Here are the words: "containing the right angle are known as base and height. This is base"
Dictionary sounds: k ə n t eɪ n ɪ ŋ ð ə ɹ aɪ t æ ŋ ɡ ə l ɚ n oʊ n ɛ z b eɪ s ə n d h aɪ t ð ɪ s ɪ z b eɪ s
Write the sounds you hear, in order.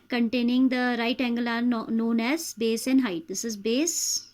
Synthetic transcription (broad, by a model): k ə n t eɪ n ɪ ŋ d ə ɹ aɪ t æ ŋ ɡ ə l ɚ n oʊ n ɛ z b eɪ s ə n d h aɪ t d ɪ s ɪ z b eɪ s